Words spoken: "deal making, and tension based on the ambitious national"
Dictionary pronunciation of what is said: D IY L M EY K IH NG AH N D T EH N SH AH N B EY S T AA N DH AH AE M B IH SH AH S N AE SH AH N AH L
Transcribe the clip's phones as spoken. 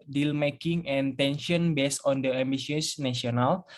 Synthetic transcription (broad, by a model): D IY L M EY K IH NG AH N T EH N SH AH N B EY S AA N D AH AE M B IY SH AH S N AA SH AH N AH L